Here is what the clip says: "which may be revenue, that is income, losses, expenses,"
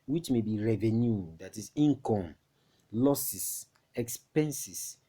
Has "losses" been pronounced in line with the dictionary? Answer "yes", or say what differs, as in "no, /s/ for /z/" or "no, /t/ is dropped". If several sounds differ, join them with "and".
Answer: no, /s/ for /z/